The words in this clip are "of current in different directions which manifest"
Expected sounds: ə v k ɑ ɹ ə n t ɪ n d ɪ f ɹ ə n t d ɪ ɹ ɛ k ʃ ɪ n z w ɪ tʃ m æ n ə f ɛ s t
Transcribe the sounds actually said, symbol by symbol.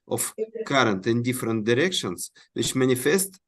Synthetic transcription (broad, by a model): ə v k ɑ ɹ ə n t ɪ n d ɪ f ɹ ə n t d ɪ ɹ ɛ k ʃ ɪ n s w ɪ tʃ m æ n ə f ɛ s t